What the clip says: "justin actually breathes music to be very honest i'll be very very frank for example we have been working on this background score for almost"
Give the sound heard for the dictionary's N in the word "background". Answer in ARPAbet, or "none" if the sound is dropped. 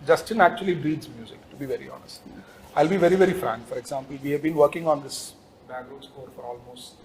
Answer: none